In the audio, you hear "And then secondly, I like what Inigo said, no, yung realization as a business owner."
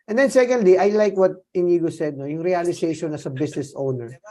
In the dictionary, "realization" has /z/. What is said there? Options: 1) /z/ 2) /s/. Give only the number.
2